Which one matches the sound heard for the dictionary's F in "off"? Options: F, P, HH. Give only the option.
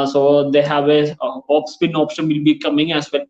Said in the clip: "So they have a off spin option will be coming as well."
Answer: P